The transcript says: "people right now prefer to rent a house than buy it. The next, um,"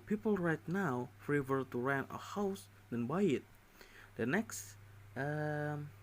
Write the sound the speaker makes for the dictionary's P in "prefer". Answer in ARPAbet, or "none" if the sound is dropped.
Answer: F